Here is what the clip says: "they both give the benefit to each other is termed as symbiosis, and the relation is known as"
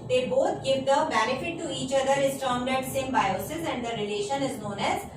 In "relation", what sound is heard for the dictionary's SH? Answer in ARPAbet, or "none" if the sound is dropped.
SH